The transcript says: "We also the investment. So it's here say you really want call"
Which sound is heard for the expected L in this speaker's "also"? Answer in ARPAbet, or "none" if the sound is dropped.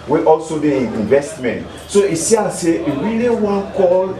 L